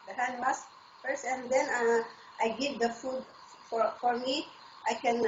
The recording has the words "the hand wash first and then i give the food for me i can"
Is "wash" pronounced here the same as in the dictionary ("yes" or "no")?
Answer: no